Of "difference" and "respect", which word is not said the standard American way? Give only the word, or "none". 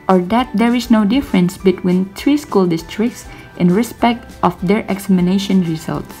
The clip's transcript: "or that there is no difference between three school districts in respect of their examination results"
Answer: none